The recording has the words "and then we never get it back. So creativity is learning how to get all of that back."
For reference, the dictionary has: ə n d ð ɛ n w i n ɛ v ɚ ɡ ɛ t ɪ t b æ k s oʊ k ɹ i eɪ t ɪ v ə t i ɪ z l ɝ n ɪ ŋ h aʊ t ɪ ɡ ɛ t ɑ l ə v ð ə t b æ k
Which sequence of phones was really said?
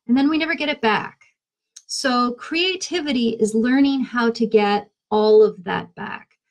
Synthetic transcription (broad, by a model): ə n ð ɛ n w i n ɛ v ɚ ɡ ɛ t ɪ t b æ k s oʊ k ɹ i eɪ t ɪ v ə t i ɪ z l ɝ n ɪ ŋ h aʊ t ɪ ɡ ɛ t ɑ l ə v ð ə t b æ k